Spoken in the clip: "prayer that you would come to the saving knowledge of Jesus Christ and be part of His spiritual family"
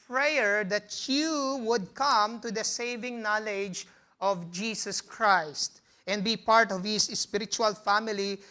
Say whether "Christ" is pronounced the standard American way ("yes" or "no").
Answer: yes